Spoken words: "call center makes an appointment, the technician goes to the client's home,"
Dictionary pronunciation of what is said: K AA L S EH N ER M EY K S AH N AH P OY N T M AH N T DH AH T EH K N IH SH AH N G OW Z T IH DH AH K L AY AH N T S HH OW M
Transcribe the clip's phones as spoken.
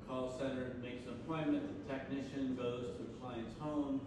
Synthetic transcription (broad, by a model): K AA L S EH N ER M EY K S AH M P OY M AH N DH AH T EH K N IH SH AH N G OW Z T IH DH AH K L AY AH N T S HH OW M